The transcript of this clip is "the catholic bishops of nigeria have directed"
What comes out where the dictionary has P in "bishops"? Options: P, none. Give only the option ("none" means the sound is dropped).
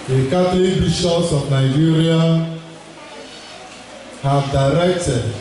none